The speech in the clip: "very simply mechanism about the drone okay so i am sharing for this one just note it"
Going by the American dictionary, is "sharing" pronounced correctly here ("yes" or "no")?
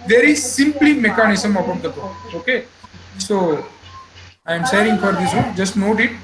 no